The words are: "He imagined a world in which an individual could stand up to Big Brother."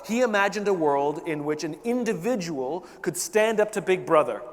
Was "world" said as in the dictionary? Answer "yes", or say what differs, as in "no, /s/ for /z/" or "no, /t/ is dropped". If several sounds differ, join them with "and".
yes